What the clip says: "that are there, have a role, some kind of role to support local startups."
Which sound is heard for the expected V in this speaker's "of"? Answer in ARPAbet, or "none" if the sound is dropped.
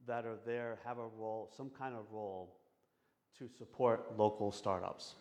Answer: V